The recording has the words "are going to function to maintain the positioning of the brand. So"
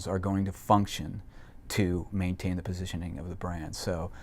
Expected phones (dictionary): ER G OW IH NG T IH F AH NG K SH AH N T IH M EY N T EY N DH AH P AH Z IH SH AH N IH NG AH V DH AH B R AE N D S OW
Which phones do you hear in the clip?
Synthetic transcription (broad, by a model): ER G OW IH NG T IH F AH NG K SH AH N T IH M EY N T EY N DH AH P AH Z IH SH AH N IH NG AH V DH AH B R AE N D S OW